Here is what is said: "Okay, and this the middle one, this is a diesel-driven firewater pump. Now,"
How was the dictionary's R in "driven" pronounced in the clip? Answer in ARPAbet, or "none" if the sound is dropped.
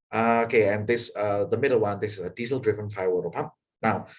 R